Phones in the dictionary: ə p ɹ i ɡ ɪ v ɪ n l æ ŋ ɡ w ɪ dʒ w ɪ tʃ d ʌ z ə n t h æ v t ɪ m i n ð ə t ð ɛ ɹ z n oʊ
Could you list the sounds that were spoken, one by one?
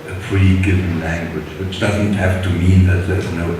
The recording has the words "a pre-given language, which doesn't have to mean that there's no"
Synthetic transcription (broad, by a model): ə f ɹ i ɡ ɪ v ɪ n l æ ŋ ɡ w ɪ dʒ w ɪ tʃ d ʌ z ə n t h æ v t ɪ m i n ð ə t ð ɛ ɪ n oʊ